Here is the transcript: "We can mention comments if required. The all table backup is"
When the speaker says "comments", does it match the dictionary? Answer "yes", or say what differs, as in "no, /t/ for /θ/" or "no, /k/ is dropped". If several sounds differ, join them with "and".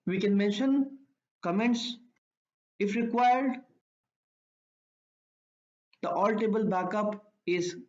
yes